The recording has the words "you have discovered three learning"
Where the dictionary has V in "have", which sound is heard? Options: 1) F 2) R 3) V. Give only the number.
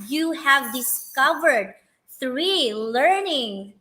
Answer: 3